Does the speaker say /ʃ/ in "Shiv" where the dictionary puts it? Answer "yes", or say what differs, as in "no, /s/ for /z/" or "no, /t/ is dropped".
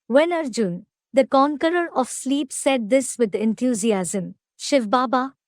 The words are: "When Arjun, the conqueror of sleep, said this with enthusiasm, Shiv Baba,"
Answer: yes